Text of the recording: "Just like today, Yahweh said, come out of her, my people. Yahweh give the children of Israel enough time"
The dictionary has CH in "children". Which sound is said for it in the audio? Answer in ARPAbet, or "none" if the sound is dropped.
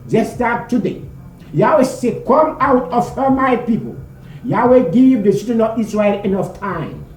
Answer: S